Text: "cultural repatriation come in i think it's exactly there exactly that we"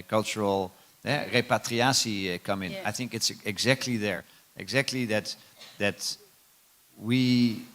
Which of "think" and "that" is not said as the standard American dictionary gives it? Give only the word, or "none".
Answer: none